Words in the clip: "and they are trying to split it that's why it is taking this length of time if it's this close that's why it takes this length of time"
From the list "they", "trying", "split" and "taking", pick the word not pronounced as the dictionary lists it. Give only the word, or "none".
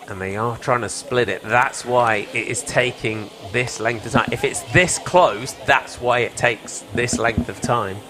none